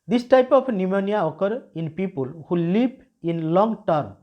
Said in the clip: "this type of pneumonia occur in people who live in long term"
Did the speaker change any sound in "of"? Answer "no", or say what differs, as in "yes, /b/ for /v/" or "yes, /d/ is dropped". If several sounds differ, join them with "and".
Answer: yes, /p/ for /v/